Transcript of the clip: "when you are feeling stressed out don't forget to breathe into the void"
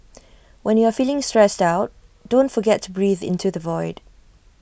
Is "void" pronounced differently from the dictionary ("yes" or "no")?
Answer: no